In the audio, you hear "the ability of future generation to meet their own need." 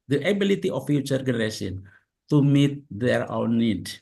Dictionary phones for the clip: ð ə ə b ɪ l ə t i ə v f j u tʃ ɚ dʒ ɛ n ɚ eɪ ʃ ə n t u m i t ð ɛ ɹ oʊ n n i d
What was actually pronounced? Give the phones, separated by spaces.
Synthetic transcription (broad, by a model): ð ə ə b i l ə t i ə f j u tʃ ɚ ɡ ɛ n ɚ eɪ s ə n t u m i t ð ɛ ɹ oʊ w n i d